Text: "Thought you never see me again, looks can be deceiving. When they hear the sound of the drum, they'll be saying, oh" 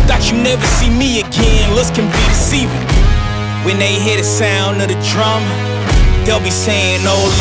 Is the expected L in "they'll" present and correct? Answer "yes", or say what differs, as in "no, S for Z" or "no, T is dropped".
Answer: yes